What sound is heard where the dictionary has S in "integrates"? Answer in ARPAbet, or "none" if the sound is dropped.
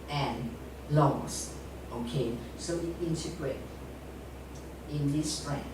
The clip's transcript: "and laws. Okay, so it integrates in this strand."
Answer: none